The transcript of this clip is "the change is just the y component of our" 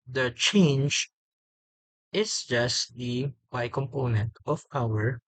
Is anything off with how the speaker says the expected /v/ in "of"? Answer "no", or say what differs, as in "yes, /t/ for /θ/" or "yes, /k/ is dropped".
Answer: yes, /p/ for /v/